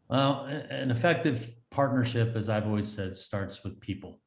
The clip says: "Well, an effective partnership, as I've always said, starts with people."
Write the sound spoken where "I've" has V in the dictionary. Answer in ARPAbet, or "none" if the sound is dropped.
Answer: V